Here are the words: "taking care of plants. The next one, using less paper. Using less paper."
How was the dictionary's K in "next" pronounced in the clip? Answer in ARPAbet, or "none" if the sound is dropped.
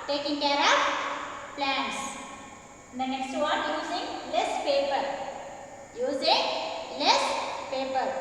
none